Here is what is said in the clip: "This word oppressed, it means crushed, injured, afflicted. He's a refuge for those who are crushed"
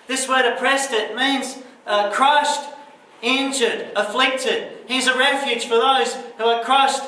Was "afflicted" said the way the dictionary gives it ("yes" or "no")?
yes